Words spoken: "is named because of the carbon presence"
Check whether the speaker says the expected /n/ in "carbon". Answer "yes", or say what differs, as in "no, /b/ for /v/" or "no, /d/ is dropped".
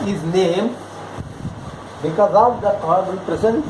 no, /l/ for /n/